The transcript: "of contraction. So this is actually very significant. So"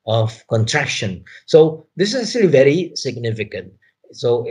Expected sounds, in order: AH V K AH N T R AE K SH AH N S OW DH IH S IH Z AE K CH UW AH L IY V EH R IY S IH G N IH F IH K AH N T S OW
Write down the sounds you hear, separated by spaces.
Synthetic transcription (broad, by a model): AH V K AH N T R AE K SH AH N S OW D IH S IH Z AE K CH UW AH L IY V EH R IY S IH G N IH F IH K AH N T S OW